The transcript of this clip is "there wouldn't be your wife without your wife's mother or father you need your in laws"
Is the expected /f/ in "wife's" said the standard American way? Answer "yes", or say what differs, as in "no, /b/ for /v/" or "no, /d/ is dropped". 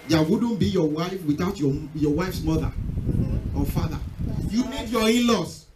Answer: yes